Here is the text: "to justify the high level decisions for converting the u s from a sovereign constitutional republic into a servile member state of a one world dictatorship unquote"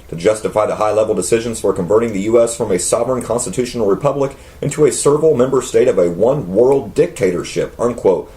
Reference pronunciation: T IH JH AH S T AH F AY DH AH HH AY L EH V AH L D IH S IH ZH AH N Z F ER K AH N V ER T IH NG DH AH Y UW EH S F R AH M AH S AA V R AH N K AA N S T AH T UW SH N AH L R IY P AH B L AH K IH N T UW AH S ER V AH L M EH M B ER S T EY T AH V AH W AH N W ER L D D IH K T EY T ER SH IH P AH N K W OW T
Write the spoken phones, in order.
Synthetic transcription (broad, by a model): T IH JH AH S T AH F AY DH AH HH AY L EH V L D IH S IH ZH AH N Z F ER K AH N V ER T IH NG DH AH Y UW EH S F R AH M AH S AA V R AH N K AA N S T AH T UW SH N L R IY P AH B L AH K IH N T UW AH S ER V L M EH M B ER S T EY T AH V AH W AH N W ER L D D IH K T EY T ER SH IH P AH N K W OW T